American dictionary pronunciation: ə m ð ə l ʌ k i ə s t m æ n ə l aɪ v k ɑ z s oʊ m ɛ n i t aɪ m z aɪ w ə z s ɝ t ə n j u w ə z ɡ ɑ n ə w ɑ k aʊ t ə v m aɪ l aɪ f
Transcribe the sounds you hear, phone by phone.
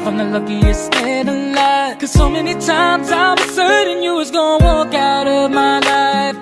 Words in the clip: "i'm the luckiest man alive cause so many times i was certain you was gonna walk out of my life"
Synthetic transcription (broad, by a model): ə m ð ə l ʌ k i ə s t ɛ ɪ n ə l aɪ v k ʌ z s oʊ m ɛ n i t aɪ m z aɪ w ə z s ɝ t ə n j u w ə z ɡ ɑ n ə w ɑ k aʊ t ə v m aɪ l aɪ f